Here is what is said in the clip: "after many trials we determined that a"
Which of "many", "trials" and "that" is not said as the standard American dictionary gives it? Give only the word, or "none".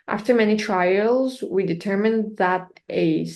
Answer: none